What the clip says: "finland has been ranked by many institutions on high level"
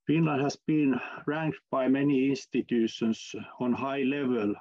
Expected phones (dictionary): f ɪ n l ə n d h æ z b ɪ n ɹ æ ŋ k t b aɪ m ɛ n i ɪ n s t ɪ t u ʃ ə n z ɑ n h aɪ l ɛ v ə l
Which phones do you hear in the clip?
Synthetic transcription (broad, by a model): f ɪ n l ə n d h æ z b ɪ n ɹ æ ŋ k t b aɪ m ɛ n i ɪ n s t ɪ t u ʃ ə n s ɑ n h aɪ l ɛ v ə l